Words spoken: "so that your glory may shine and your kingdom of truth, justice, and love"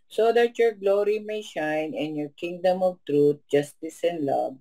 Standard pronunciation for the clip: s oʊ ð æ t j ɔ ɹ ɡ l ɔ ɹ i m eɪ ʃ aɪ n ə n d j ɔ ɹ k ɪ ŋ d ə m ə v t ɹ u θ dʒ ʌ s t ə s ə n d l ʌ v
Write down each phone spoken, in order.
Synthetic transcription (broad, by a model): s oʊ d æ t j ɔ ɹ ɡ l ɔ ɹ i m eɪ ʃ aɪ n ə n j ɔ ɹ k ɪ ŋ d ə m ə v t ɹ u t dʒ ʌ s t ə s ə n d l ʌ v